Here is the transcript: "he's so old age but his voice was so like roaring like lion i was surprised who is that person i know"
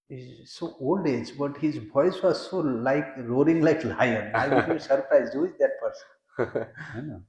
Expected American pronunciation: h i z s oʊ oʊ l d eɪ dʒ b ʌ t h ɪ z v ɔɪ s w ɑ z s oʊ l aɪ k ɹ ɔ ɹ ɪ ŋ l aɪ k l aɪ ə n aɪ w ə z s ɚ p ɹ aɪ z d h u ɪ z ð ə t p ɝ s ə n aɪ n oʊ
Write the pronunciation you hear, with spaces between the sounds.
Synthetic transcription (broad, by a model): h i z s oʊ oʊ l d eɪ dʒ b ʌ t h ɪ z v ɔɪ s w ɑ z s oʊ l aɪ k ɹ ɔ ɹ ɪ ŋ l aɪ k l aɪ ə n aɪ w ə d s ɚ p ɹ aɪ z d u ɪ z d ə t p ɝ s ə n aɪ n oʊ